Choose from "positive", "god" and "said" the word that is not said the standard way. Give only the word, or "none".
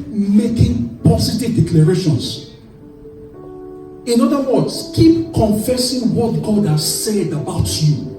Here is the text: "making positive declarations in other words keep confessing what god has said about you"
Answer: positive